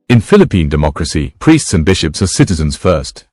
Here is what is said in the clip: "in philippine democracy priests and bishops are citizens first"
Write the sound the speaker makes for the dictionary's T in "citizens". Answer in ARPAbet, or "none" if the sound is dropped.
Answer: T